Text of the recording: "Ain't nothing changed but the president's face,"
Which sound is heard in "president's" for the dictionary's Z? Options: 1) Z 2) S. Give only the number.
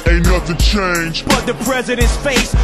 1